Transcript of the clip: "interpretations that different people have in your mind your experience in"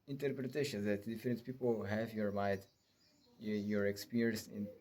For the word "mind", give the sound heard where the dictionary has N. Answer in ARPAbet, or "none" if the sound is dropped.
none